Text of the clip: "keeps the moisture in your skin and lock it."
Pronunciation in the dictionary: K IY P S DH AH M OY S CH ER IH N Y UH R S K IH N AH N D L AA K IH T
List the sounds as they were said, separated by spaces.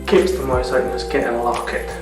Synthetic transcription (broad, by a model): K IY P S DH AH M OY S ER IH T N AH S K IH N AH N L AA K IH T